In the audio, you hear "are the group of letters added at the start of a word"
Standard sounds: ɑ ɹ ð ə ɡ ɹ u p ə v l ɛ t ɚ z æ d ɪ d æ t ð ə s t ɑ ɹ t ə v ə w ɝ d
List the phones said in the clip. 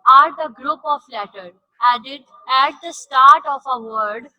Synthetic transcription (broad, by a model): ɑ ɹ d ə ɡ ɹ u p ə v l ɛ t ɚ æ d ɪ d æ t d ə s t ɑ ɹ t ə f ə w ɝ d